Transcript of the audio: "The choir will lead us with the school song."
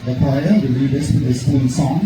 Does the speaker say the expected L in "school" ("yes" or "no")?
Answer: no